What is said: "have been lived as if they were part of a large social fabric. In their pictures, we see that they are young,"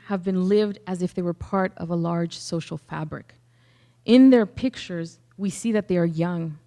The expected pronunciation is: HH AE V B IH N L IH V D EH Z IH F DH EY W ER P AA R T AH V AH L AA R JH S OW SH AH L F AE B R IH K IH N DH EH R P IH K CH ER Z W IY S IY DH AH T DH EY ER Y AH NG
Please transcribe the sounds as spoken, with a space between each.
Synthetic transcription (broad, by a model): HH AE V B IH N L IH V D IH Z IH F DH EY W ER P AA R T AH V AH L AA R JH S OW SH L F AE B R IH K IH N DH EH R P IH K CH ER Z W IY S IY DH AH T DH EY ER Y AH NG